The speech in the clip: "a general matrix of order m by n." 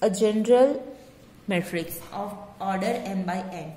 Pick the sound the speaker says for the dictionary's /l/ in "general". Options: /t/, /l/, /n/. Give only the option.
/l/